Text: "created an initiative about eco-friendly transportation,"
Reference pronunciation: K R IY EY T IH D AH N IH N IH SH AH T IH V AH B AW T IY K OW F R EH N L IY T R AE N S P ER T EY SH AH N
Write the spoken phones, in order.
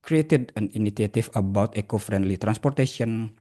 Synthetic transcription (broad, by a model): K R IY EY T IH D AH N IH N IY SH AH T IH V AH B AW T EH K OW F R EH N L IY T R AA N S P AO T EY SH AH N